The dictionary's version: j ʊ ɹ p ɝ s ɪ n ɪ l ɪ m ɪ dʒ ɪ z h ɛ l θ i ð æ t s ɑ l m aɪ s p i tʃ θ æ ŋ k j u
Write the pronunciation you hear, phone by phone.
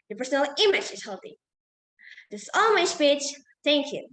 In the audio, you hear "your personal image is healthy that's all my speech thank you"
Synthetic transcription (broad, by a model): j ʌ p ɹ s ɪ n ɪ l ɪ m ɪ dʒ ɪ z h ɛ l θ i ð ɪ s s ɑ l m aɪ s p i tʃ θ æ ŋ k j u